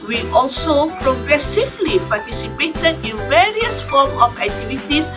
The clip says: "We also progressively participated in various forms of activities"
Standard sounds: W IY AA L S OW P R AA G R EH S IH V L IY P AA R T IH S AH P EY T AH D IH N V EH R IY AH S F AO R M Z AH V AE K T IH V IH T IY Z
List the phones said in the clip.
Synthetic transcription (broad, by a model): W IY AA L S OW P R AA G R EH S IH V L IY P AA T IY S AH P EY T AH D IH N V EH R IY AH S F AO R M AH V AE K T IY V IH T IY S